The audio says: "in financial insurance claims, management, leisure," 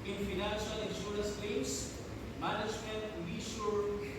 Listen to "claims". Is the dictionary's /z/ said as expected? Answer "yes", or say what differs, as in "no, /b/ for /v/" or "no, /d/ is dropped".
no, /s/ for /z/